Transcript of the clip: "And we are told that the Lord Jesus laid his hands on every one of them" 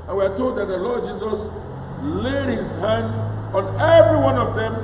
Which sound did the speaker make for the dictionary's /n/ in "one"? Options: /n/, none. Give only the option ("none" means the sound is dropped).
/n/